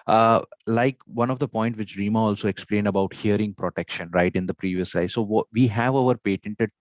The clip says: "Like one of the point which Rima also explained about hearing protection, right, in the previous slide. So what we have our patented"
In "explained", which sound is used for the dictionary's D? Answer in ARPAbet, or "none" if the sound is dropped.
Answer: D